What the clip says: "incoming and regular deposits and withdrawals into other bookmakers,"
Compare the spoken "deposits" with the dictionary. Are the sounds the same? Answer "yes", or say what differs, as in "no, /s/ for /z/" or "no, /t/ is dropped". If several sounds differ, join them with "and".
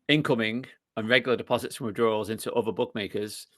yes